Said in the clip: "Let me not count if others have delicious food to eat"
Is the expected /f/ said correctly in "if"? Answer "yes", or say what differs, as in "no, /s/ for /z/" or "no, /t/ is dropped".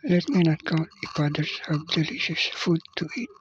no, /p/ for /f/